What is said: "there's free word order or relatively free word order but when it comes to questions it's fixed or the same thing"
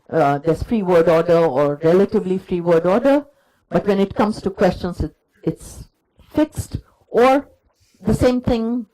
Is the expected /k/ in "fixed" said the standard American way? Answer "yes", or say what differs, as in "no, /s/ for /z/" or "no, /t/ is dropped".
yes